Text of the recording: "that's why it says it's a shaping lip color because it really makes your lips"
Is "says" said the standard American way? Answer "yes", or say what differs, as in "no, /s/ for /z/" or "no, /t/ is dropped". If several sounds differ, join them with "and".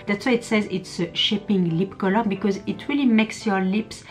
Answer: yes